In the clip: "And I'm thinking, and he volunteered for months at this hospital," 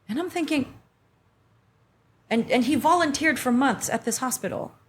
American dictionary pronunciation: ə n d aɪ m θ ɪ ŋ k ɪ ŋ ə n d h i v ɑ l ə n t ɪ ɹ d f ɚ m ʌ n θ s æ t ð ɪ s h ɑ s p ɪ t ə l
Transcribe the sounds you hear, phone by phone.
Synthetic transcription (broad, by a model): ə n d aɪ m θ ɪ ŋ k ɪ ŋ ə n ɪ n i v ɑ l ə n t ɪ ɹ d f ɚ m ʌ n θ s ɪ t ð ɪ s h ɑ s p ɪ t l